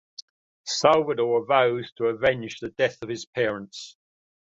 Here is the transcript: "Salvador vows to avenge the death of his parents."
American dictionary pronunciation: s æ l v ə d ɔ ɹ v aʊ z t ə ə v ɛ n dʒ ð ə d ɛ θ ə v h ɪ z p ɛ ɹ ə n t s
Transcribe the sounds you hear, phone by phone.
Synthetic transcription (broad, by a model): s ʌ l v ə d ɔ ɹ v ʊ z t ə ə v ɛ n ʃ ð ə d ɛ θ ə v ɪ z p ɛ ɹ ə n t s